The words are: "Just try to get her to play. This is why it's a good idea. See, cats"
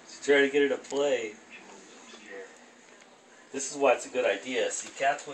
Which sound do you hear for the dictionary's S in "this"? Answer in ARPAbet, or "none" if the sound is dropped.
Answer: S